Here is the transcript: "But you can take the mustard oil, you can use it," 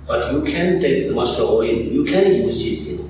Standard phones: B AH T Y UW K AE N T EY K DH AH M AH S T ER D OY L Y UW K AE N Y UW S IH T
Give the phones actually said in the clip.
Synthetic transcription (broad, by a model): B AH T Y UW K AE N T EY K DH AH M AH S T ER OY N Y UW K AE N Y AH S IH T